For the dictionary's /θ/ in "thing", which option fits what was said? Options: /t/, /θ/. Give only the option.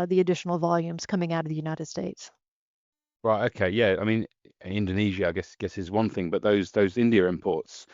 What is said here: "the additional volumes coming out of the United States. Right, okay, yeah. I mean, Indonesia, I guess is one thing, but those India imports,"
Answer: /θ/